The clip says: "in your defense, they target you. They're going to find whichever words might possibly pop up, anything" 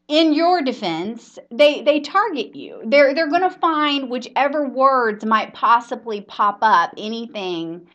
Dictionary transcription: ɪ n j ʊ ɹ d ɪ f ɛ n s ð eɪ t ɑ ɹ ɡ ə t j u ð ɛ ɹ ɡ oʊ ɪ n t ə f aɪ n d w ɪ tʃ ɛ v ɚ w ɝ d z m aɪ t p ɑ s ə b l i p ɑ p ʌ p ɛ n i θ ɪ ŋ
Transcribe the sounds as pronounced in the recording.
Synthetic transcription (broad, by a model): ɪ n j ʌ ɹ d ɪ f ɛ n s ð eɪ t ɑ ɹ ɡ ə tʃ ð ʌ ð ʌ ɹ ɡ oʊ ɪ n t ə f aɪ n d w ɪ tʃ ɛ v ɚ w ɝ d z m aɪ t p ɑ s ə b l i p ɑ p ʌ p ɛ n i θ ɪ ŋ